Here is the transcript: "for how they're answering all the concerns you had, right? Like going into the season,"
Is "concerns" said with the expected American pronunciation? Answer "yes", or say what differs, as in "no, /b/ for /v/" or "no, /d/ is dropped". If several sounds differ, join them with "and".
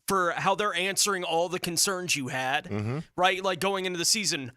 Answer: yes